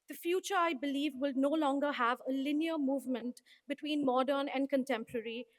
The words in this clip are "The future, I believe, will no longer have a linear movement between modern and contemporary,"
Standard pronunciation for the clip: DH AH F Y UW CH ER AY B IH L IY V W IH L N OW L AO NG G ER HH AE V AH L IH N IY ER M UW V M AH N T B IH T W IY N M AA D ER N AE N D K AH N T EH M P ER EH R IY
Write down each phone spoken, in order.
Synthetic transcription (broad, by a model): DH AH F Y UW CH ER AY B IH L IY V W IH L N OW L AO NG G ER HH AE V AH L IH N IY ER M UW V M AH N T B IH T W IY N M AA D ER N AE N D K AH N T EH M P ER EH R IY